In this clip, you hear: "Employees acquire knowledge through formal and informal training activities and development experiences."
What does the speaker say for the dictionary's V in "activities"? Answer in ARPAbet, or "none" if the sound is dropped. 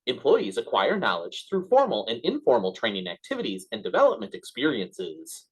V